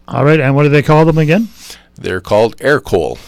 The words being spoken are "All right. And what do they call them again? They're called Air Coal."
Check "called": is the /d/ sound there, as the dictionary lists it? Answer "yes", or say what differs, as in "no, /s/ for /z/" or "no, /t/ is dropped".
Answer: yes